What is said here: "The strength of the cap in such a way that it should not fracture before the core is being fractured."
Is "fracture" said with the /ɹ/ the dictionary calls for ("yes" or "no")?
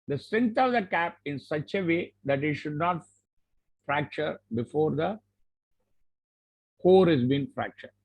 yes